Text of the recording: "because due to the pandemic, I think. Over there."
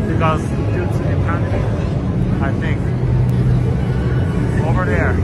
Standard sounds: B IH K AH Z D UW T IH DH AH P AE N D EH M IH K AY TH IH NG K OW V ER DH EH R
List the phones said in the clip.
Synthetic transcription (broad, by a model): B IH K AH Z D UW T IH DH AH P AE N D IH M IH AY TH IH NG K OW V ER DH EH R